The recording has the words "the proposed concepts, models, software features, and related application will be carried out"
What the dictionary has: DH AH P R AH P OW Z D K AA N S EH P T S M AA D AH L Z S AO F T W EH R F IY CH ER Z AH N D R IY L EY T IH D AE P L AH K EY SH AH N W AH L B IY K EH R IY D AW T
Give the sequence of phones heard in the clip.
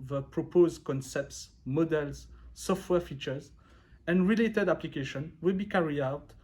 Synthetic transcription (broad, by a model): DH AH P R AH P OW Z D K AA N S EH P T S M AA D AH L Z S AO F T W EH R F IY CH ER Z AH N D R IY L EY T IH D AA P L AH K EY SH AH N W AH L B IY K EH R IY AW T